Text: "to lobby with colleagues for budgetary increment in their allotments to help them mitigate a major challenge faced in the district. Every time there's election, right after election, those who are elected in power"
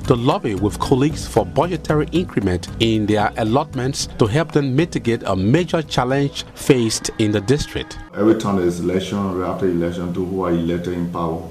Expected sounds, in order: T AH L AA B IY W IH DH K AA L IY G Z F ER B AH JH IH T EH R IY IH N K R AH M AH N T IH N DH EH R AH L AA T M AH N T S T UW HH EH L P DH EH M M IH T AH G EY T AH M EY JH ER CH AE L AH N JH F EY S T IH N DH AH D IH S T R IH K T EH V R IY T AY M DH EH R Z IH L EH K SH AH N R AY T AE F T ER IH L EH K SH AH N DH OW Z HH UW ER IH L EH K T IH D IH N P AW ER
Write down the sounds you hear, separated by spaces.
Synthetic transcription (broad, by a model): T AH L AA B IY W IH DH K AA L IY G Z F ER B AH JH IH T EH R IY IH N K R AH M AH N T IH N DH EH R AH L AA T M AH N T S T UW HH EH L P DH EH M M IH T AH G EY T AH M EY JH ER CH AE L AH N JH F EY S T IH N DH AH D IH S T R IH K T EH V R IY T AY M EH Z IH L EH K SH AH N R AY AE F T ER IH L EH K SH AH N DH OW HH UW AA IH L EH K T IH D IH N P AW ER